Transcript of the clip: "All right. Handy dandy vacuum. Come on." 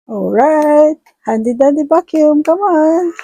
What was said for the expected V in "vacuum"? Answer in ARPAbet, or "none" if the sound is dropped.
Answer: B